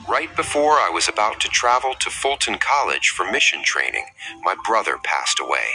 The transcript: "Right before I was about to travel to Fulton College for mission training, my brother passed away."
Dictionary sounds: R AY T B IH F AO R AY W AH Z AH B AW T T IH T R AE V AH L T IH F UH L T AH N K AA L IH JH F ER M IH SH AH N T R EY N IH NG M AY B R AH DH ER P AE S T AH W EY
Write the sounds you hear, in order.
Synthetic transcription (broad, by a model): R AY T B IH F AO R AY W AH Z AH B AW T T IH T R AE V L T IH F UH L T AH N K AA L IH JH F ER M IH SH AH N T R EY N IH NG M AY B R AH DH ER P AE S T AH W EY